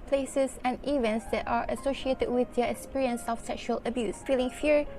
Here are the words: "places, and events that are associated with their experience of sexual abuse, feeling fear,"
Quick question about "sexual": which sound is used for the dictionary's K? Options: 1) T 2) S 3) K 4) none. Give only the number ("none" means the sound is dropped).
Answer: 3